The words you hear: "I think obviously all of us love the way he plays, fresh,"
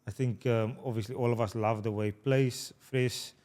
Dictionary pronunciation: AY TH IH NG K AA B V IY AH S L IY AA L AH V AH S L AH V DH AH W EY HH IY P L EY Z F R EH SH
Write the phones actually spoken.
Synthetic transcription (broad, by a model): AY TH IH NG K AA B V IY AH S L IY AA L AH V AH S L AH V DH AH W EY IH P L EY S F R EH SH